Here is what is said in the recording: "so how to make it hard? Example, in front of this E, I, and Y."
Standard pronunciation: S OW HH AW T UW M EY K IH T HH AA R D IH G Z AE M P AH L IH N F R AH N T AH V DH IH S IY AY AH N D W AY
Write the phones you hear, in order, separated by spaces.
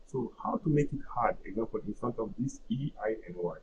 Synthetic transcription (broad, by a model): S OW HH AW T UW M EY K IH T HH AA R D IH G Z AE M P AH L IH N F R AH N T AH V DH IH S IY AY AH N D W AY